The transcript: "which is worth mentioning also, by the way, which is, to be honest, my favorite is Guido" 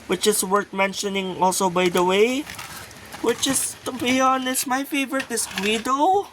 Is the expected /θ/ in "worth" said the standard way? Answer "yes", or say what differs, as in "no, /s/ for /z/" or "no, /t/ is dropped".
no, /t/ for /θ/